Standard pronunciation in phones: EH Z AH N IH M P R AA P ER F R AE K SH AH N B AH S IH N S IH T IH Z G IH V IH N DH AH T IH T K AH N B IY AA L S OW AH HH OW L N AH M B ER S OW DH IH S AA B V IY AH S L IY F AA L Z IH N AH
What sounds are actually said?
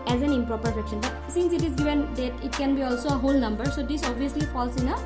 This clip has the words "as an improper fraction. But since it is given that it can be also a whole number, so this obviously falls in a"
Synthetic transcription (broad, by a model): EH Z AH N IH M P R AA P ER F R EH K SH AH N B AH S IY N S IH T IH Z G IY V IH N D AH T IH T K AH N B IY AA L S OW AH HH OW L N AH M B ER S OW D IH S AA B IY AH S L IY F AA L S IH N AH